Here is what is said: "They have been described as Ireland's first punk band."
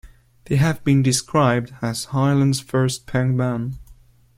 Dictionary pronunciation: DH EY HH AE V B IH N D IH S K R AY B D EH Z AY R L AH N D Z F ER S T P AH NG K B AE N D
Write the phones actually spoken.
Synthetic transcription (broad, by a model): DH EY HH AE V B IH N D IH S K R AY B D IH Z AY L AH N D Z F ER S T P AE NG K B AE N